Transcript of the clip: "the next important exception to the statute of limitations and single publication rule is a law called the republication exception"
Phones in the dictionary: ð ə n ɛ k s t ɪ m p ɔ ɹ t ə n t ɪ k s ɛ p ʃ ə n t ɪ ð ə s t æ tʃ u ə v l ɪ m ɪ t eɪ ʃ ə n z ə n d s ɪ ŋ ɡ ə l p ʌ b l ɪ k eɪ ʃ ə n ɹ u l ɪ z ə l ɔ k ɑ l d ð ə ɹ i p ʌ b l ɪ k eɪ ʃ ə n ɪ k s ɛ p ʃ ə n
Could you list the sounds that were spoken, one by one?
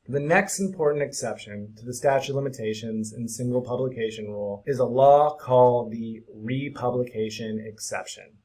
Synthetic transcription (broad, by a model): ð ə n ɛ k s t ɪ m p ɔ ɹ t n t ɪ k s ɛ p ʃ ə n t ɪ ð ə s t æ tʃ u l ɪ m ɪ t eɪ ʃ ə n z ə n s ɪ ŋ ɡ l p ʌ b l ɪ k eɪ ʃ ə n ɹ u l ɪ z ə l ɔ k ɑ l d ð ə ɹ i p ʌ b l ɪ k eɪ ʃ ə n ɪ k s ɛ p ʃ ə n